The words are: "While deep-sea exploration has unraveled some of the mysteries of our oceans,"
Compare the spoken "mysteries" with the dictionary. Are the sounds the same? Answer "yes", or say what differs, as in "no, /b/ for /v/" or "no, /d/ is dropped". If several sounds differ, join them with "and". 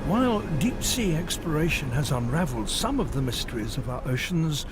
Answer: yes